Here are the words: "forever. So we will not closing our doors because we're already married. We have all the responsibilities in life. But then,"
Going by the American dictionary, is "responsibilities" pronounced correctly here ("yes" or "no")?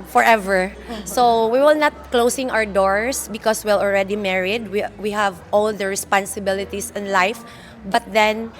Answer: no